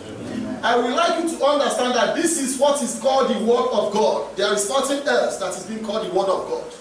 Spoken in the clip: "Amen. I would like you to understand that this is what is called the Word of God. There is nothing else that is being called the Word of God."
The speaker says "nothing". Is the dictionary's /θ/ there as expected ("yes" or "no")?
no